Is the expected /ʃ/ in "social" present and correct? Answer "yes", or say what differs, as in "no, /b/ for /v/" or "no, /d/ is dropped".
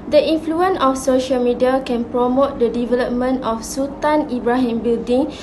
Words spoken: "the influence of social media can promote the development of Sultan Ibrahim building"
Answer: yes